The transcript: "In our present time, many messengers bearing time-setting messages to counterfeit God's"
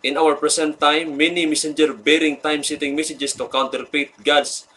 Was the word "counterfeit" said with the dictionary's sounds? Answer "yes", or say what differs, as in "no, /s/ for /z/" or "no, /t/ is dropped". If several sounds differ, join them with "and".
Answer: no, /p/ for /f/